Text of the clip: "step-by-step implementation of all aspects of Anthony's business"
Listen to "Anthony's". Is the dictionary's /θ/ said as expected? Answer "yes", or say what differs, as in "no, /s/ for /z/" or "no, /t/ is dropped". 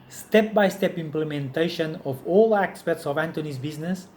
no, /t/ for /θ/